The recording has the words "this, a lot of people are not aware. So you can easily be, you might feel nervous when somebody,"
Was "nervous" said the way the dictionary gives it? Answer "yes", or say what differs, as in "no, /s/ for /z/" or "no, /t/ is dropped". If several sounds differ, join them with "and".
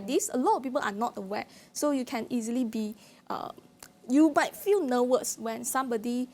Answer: no, /w/ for /v/